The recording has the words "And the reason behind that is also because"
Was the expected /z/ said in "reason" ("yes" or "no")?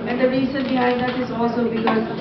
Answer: no